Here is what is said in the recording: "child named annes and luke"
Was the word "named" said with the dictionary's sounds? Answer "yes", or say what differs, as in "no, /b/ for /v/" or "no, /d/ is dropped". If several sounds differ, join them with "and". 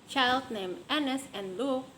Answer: no, /d/ is dropped